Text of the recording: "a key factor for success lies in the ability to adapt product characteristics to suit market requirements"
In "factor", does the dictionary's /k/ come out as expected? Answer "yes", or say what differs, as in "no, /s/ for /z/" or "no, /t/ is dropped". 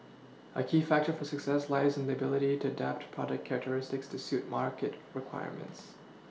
yes